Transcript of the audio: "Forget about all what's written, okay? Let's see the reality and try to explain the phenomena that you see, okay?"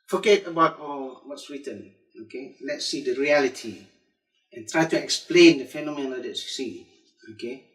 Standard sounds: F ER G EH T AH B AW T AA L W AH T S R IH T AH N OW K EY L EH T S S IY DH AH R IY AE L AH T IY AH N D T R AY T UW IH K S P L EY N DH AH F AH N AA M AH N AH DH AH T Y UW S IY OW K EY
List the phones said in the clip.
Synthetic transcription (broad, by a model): F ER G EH T AH B AW T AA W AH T S W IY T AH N OW K EY L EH T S S IY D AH R IY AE L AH T IY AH N T R AY T UW IH K S P L EY N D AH F AH N AA M AH N AH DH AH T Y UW S IY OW K EY